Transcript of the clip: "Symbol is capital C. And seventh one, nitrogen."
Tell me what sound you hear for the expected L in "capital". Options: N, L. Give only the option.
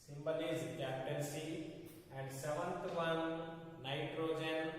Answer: N